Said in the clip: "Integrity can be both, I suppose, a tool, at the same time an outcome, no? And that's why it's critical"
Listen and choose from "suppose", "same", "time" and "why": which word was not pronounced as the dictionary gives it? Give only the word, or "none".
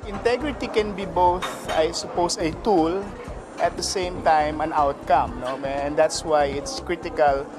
suppose